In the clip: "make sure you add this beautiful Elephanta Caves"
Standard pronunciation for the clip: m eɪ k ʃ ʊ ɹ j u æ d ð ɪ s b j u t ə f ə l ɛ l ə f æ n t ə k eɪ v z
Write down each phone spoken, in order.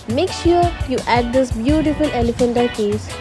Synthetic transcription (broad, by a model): m eɪ k ʃ ʊ ɹ j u æ d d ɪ s b j u t ə f ə l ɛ l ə f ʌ n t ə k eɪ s